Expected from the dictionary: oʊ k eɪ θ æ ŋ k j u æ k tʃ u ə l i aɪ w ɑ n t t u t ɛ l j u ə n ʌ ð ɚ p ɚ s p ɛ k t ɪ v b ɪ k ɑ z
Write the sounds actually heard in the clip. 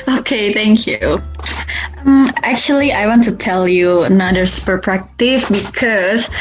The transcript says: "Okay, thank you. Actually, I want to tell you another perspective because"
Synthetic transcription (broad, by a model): oʊ k eɪ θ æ ŋ k j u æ k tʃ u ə l i aɪ w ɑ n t t u t ɛ l j u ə n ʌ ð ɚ p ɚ p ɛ k t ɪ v b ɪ k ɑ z